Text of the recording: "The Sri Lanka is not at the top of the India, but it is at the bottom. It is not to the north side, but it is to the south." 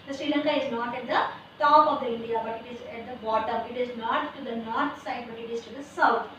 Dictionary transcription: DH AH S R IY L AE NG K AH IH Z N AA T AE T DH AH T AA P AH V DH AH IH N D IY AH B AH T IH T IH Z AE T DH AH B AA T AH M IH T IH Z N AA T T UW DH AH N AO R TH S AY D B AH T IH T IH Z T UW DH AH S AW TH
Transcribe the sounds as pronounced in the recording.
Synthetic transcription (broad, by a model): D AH S R IY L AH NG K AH IH Z N AA T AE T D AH T AA P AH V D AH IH N D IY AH B AH T IH T IH Z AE T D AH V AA T AH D IH T IH Z N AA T T UW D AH N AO R T S AY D B AH T IH T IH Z T UW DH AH S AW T